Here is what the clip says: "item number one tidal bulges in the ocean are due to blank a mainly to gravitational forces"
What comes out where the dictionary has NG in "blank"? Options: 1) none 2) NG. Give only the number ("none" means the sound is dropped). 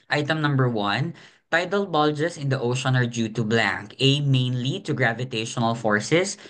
2